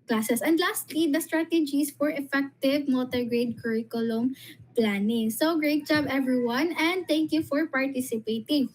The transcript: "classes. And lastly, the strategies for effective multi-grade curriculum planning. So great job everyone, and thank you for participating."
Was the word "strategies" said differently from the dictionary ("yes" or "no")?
yes